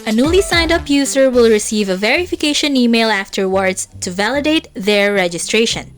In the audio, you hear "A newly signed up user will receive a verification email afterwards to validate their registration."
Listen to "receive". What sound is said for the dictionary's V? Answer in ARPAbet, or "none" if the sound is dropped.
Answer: V